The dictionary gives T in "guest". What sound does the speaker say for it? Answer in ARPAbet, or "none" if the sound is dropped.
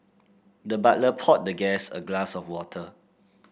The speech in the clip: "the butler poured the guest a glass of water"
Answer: none